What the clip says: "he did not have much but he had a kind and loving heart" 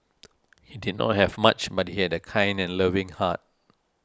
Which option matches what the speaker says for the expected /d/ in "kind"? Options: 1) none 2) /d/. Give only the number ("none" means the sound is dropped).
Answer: 2